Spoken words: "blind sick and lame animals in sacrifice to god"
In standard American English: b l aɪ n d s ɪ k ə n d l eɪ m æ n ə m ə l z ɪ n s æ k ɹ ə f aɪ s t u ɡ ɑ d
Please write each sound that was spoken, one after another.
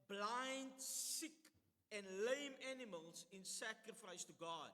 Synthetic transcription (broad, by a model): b l aɪ n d s ɪ k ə n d l eɪ m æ n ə m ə l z ɪ n s æ k ɹ ə f aɪ s t u ɡ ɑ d